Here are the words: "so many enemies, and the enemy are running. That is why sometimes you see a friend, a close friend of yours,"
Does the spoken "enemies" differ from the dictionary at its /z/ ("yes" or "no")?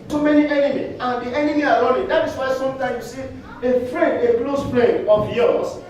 yes